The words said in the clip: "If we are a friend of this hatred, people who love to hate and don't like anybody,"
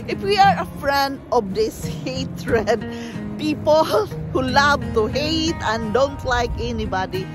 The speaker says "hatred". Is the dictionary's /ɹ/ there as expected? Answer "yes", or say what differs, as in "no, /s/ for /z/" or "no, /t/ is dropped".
yes